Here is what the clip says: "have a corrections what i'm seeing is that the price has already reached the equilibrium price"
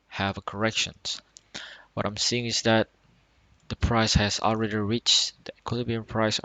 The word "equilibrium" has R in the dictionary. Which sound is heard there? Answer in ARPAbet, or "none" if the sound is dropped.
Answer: none